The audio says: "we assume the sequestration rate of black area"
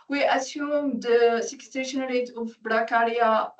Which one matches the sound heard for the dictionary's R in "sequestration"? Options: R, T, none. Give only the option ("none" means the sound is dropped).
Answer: none